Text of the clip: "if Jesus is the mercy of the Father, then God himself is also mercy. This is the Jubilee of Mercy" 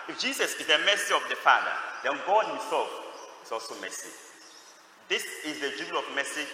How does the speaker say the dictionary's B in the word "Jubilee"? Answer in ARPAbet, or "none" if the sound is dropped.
none